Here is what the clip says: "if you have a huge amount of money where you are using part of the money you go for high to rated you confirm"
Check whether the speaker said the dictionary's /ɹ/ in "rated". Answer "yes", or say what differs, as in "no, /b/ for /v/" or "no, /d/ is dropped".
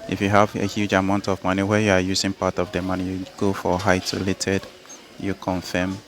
no, /l/ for /ɹ/